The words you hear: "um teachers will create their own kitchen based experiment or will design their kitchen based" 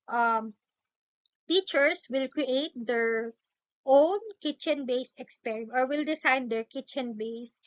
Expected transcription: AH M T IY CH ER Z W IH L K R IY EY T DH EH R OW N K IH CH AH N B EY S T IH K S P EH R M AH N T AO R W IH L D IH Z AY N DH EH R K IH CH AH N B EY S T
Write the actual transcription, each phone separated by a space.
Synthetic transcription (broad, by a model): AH M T IY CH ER S W IH L K R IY EY T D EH R OW N K IH CH AH N B EY S IH K S P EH R AH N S AO R W IH L D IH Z AY N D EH R K IH CH AH N B EY S